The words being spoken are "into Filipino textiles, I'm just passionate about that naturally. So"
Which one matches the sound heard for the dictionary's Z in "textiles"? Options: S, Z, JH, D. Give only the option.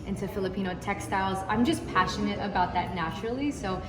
Z